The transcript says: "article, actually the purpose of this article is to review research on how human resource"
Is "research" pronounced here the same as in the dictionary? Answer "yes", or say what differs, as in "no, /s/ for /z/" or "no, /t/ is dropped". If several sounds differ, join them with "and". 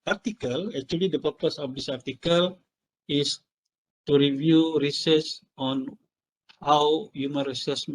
no, /s/ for /tʃ/